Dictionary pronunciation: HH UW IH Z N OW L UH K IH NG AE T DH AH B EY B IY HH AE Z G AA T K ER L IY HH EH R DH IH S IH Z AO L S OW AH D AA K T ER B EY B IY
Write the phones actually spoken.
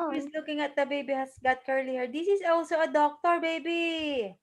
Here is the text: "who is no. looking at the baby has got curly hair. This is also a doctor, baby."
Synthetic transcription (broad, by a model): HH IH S L UH K IH NG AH T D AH B EY B IY HH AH S G AA T K ER L IY HH EH R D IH S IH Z AO L S OW AH D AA K T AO B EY B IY